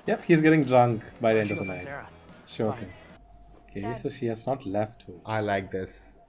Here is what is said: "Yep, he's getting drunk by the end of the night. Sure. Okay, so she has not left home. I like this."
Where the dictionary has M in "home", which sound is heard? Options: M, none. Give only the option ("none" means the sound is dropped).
none